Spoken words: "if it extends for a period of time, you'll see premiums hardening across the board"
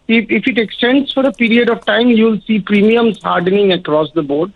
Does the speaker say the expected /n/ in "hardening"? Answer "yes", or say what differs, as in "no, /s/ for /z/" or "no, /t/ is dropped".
yes